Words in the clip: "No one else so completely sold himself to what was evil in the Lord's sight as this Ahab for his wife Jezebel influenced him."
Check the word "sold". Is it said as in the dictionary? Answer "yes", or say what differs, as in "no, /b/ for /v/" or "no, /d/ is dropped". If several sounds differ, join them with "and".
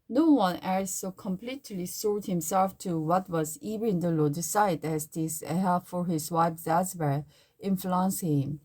no, /l/ is dropped